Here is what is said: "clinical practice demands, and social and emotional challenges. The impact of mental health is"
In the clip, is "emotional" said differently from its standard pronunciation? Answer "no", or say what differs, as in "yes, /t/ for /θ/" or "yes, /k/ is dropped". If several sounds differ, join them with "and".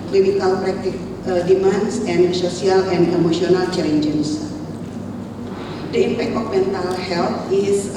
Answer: yes, /s/ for /ʃ/